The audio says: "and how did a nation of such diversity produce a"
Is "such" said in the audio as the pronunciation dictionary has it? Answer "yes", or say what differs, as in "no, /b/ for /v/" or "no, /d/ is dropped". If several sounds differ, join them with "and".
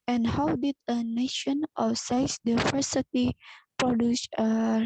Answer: no, /s/ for /tʃ/